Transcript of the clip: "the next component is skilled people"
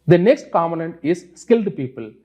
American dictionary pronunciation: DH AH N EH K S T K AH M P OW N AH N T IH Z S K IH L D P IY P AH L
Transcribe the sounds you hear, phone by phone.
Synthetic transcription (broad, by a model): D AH N EH K S T K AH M OW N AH N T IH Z S K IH L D P IY P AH L